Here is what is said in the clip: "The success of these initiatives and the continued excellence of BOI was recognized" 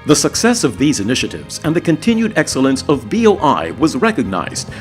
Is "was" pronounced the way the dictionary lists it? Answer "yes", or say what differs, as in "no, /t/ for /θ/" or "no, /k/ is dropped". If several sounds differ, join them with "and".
yes